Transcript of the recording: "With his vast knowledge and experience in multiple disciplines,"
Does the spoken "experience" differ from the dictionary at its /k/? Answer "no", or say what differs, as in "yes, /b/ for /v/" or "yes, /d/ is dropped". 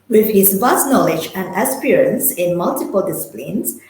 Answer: yes, /k/ is dropped